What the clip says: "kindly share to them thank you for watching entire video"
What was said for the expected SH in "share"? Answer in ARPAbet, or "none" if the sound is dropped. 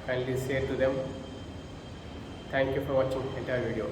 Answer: S